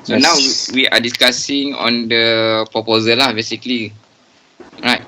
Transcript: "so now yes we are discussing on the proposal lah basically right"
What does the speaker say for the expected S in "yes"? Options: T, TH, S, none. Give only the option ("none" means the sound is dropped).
none